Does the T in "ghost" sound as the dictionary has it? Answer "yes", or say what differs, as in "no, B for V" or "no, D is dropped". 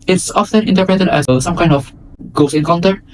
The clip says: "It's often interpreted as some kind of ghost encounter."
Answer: no, T is dropped